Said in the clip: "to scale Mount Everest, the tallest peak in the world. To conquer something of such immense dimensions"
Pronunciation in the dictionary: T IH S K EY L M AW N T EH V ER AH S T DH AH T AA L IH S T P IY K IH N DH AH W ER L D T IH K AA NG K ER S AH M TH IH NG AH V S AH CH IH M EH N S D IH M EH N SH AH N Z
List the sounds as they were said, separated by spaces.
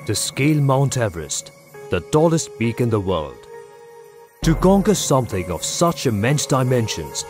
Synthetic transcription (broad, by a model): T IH S K EY L M AW N T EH V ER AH S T DH AH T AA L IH S T B IY K IH N DH AH W ER L D T IH K AA NG K ER S AH M TH IH NG AH V S AH CH IH M EH N S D IH M EH N SH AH N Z